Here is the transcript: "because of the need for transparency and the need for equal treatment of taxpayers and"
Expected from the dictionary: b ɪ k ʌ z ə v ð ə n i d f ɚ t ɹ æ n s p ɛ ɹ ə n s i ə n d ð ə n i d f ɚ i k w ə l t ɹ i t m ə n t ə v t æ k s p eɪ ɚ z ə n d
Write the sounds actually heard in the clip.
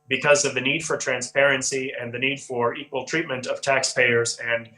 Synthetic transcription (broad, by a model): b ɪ k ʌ z ə v ð ə n i d f ɚ t ɹ æ n s p ɛ ɹ ə n s i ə n ð ə n i d f ɚ i k w ə l t ɹ i t m ə n t ə v t æ k s p eɪ ɚ z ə n